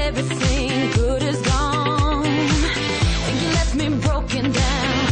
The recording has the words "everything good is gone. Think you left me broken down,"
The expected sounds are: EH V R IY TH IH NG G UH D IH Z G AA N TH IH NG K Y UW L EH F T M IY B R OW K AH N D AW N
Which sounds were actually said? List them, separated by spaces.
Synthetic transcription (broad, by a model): EH V R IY TH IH NG G UH D IH Z G AA N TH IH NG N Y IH L EH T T M IY B R OW K AH N D AW N